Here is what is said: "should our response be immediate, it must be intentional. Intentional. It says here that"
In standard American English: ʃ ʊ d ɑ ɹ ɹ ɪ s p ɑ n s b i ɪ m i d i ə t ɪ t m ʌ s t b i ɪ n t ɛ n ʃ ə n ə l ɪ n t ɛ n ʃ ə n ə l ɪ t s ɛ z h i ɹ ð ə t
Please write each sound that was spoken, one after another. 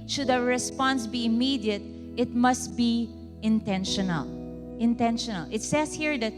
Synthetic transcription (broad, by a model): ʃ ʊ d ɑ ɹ ɹ ɪ s p ɑ n s b i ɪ m i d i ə t ɪ t m ʌ s t b i ɪ n t ɛ n ʃ ə n ə l ɪ n t ɛ n ʃ ə n ə l ɪ t s ɛ s h i ɹ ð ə t